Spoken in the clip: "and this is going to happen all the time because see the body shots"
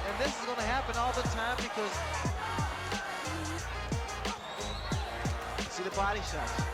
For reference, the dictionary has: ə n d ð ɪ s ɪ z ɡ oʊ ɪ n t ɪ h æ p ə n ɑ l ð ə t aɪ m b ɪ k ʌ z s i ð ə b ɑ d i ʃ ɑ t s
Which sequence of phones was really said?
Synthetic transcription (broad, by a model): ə n ð ɪ s ɪ z ɡ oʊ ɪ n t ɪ h æ p ə n ɑ l ð ə t aɪ m b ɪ k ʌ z s i ð ə b ɑ d i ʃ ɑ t